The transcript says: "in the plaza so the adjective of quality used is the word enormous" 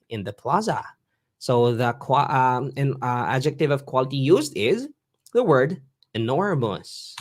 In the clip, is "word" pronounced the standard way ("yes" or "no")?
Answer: yes